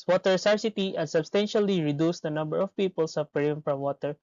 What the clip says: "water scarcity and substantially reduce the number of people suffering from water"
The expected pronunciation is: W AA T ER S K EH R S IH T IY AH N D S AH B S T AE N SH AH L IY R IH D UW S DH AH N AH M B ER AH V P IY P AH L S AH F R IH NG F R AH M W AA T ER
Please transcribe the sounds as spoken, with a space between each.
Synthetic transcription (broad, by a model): W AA T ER S AA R S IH T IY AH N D S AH B S T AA N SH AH L IY R IH D UW S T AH N AH M B ER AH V P IY P AH L S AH P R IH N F R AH M W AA T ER